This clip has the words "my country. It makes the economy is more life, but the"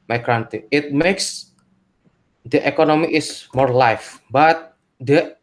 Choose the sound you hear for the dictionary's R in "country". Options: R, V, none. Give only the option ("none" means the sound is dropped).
none